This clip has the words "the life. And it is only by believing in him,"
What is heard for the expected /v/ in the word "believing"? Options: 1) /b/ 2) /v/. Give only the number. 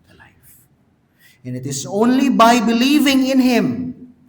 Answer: 2